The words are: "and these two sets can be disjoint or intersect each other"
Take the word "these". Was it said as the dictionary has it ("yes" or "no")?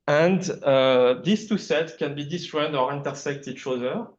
no